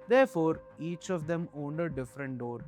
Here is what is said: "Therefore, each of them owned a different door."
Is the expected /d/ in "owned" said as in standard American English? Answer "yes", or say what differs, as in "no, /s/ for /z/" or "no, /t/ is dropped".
yes